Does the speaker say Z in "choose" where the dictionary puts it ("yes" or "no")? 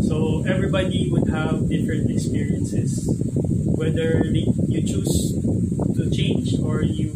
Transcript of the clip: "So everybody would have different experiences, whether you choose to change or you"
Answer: no